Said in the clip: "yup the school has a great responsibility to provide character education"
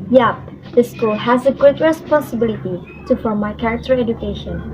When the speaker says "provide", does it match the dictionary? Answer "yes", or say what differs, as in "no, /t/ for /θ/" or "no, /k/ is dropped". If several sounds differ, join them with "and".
no, /f/ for /p/